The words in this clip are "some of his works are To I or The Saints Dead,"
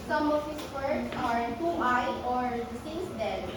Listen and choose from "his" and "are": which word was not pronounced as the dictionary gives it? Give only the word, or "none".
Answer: his